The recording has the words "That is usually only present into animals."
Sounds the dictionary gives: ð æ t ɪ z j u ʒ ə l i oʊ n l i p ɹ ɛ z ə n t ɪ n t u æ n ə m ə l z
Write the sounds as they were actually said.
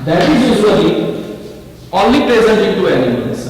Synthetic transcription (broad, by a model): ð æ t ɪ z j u s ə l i oʊ n l i p ɹ ɛ z ə n t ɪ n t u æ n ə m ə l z